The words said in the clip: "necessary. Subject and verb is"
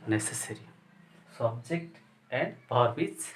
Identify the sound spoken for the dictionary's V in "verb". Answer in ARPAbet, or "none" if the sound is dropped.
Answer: P